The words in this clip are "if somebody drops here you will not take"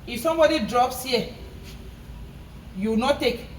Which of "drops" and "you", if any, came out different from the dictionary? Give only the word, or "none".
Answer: none